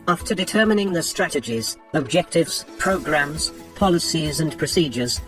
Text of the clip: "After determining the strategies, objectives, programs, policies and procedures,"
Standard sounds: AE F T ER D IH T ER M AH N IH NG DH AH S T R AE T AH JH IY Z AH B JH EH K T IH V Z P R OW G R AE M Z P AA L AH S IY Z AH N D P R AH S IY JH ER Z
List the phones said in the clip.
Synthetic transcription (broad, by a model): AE F T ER D IH T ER M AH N IH NG DH AH S T R AE T AH JH IY Z AH B JH EH K T IH V Z P R OW G R AE M Z P AA L AH S IY Z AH N P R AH S IY JH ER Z